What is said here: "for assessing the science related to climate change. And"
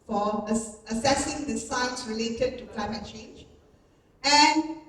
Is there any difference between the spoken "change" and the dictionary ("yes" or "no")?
no